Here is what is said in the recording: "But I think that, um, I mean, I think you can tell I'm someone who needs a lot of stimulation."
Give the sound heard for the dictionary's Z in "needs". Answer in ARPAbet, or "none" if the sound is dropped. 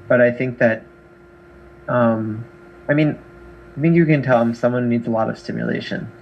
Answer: Z